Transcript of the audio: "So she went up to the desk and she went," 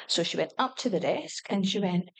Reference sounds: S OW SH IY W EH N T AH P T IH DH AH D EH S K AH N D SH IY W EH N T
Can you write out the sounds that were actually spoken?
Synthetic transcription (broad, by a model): S OW SH IY W EH N T AH P T IH DH AH D EH S K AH N SH IY W EH N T